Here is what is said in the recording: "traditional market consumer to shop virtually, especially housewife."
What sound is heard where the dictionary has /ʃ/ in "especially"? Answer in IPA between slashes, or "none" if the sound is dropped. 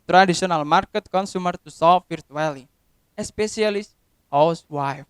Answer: /s/